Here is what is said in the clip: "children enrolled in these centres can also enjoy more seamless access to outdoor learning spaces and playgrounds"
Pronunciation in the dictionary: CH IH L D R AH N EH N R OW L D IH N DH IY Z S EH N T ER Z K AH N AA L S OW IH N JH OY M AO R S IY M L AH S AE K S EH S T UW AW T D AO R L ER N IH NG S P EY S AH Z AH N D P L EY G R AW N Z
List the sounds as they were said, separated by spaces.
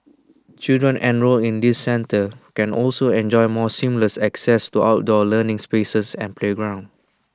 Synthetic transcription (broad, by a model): CH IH L D R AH N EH N R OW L IH N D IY S EH N T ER K AH N AA L S OW IH N JH OY M AO S IY M L AH S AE K S EH S T UW AW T D AO L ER N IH NG S P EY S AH S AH N P L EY G R AW N